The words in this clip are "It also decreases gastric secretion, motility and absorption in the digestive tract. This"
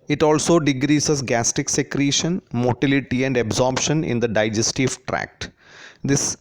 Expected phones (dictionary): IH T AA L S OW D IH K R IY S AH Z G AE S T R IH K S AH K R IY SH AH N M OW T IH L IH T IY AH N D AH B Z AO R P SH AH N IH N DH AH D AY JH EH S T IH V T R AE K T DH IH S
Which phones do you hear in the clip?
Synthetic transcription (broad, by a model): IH T AA L S OW D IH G R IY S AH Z G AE S T IH K S AH K R IY SH AH N M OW T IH L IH T IY AH N D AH B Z AO R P SH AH N IH N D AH D AY JH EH S T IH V T R AE K T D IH S